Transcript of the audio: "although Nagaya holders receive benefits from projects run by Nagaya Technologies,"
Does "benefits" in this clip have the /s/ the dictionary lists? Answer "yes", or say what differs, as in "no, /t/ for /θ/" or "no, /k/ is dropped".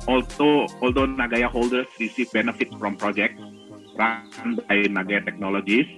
no, /s/ is dropped